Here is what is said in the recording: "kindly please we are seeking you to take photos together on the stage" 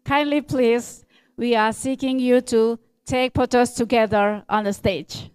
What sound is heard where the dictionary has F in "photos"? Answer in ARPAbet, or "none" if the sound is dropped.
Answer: P